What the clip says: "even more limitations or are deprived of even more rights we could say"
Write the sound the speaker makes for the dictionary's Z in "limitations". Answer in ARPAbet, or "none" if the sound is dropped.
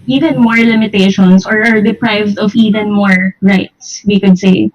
S